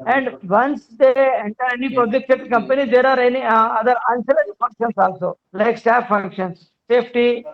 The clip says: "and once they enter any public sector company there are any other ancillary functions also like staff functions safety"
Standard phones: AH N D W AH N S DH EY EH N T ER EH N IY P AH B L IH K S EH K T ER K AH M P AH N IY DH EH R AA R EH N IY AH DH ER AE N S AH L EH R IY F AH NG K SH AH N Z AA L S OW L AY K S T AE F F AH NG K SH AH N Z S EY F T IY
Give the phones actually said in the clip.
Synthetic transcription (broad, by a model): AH N D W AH N S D EY EH N T ER EH N IY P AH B L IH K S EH T K AH M P AH N IY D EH R AA R EH N IY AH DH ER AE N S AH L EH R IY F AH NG K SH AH N S AA L S OW L AY K S T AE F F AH NG K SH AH N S EY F T IY